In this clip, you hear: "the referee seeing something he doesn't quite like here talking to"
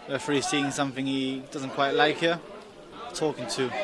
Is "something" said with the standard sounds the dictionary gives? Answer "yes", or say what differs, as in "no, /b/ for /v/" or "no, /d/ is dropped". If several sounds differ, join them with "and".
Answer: yes